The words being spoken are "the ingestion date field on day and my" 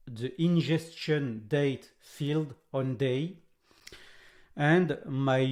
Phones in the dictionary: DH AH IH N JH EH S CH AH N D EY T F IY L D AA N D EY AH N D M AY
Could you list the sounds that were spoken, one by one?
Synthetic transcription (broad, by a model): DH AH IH N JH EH S CH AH N D EY T F IY L D AA N D EY AH N D M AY